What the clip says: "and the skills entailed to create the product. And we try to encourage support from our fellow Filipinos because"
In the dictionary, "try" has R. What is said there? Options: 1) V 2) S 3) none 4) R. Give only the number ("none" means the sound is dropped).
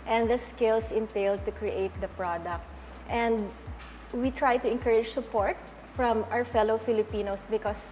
4